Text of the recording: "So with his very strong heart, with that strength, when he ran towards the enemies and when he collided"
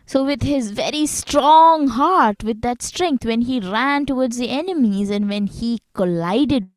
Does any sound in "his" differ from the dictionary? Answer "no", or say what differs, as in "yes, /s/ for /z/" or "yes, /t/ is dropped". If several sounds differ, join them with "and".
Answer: no